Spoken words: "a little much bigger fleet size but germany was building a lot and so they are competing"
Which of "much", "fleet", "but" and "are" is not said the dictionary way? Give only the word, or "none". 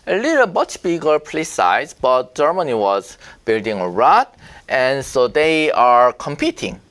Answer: fleet